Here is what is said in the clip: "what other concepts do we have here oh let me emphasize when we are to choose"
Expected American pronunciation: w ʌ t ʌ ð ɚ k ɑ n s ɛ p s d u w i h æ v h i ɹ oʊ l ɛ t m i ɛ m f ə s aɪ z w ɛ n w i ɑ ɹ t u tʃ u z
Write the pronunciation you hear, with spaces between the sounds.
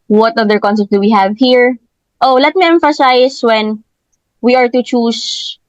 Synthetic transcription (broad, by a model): w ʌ t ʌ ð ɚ k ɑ n s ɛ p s d u w i h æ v h i ɹ oʊ l ɛ t m i ɛ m f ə s aɪ s w ɛ n w i ɑ ɹ t u tʃ u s